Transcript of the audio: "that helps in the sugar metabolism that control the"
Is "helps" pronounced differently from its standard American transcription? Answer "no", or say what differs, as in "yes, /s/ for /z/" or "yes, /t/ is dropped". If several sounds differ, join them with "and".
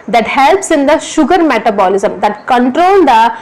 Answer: no